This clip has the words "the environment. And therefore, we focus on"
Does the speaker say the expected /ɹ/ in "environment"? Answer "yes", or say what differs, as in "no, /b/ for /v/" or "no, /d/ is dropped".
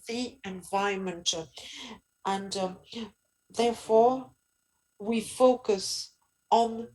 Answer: no, /ɹ/ is dropped